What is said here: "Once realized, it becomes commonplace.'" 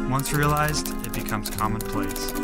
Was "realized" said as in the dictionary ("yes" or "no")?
yes